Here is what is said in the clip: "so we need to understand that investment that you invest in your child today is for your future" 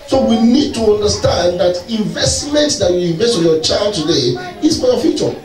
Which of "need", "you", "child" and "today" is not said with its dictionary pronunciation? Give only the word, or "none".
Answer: none